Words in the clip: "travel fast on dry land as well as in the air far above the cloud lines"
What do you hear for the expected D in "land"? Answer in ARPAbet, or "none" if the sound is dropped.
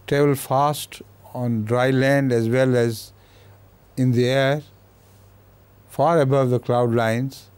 D